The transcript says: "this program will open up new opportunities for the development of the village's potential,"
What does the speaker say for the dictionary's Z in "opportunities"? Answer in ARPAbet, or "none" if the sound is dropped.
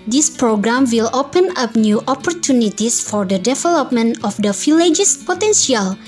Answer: S